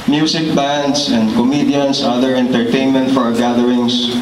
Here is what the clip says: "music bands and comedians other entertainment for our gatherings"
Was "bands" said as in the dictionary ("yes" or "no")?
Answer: no